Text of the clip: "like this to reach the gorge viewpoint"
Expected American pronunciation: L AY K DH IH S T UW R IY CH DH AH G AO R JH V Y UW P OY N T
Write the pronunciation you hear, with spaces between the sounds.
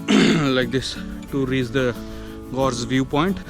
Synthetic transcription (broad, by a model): L AY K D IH S T UW R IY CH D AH G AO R Z V Y UW P OY N T